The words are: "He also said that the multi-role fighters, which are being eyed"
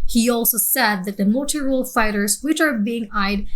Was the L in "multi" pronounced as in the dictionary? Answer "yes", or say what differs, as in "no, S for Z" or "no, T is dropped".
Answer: no, L is dropped